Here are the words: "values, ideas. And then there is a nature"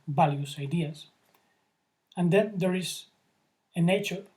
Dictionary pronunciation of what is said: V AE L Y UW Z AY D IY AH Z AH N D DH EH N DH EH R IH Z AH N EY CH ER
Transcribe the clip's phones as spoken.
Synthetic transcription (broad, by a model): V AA L Y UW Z AY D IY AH S AH N D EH N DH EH R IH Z AH N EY CH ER